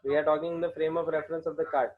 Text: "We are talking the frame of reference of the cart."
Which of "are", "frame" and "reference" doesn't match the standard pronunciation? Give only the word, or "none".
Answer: none